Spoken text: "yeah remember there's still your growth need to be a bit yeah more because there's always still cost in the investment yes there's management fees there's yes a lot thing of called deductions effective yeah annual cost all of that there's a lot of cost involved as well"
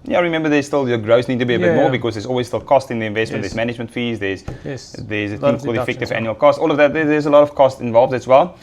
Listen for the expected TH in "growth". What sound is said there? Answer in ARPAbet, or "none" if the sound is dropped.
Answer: S